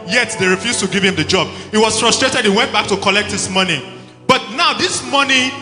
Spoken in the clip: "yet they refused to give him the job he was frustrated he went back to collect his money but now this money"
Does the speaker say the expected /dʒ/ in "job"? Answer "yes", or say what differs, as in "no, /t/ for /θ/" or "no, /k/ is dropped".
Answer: yes